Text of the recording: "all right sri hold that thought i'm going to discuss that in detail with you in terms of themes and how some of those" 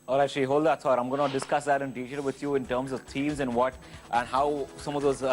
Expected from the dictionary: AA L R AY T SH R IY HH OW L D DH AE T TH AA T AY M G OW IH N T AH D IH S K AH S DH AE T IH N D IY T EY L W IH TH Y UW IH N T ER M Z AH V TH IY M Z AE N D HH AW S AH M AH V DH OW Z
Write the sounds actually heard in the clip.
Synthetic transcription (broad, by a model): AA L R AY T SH IY HH OW L D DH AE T S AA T AY M G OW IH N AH D IH S K AH S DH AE T IH N D IY T EY L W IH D Y UW IH N T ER M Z AH V T IY M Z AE N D HH AW S AH M AH V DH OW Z